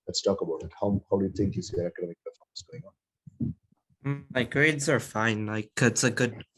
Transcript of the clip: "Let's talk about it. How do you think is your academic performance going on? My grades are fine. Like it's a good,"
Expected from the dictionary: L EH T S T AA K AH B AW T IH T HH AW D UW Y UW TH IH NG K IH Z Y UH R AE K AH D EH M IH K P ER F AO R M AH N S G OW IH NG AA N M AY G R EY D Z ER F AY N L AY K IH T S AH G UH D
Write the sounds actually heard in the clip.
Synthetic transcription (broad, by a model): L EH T S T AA K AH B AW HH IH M HH AW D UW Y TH IH NG K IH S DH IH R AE K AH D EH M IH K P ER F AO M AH S G OW IH NG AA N M AY G R EY D Z ER F AY N L AY K IH T S AH G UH D